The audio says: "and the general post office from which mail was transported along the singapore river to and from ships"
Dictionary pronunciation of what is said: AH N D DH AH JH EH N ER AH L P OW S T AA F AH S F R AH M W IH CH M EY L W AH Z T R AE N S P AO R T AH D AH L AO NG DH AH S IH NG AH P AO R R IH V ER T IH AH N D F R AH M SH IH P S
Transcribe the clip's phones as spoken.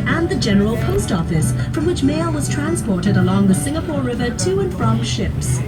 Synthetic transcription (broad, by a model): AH N DH AH JH EH N ER AH L P OW S T AA F AH S F R AH M W IH CH M EY L W AH Z T R AE N S P AO R T AH D AH L AO NG DH AH S IH NG AH P AO R R IH V ER T IH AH N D F R AH M SH IH P S